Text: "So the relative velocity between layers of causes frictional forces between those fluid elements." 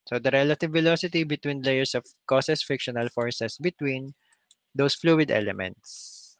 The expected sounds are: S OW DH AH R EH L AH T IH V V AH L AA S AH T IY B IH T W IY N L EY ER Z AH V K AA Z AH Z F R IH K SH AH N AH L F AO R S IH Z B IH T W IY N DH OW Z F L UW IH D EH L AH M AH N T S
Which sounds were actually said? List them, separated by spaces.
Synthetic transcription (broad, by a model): S OW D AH R EH L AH T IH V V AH L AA S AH T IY B IH T W IY N L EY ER S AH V K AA S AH S F IH K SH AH N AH L F AO R S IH S B IH T W IY N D OW S F L UW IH D EH L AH M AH N T S